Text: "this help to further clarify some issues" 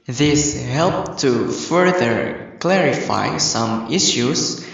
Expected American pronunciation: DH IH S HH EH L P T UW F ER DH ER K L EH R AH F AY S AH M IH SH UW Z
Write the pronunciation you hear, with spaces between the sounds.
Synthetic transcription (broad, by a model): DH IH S HH EH L P T UW F ER DH ER K L EH R AH F AY S AH M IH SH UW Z